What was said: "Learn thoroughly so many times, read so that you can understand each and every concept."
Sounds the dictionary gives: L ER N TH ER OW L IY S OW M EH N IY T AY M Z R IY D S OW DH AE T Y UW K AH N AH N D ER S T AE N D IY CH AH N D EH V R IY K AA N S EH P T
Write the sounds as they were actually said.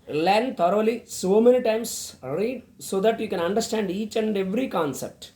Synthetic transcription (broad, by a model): L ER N T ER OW L IY S OW M EH N IY T AY M S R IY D S OW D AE T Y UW K AH N AH N D ER S T AE N D IY CH AH N D EH V R IY K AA N S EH P T